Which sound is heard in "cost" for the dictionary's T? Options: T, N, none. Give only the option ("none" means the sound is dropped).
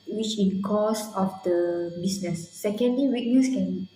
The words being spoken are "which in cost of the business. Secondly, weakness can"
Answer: none